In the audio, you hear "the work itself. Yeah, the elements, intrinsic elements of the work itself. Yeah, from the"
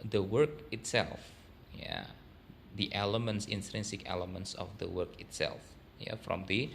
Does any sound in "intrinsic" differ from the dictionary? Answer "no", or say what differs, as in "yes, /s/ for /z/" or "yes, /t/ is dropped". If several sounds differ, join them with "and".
no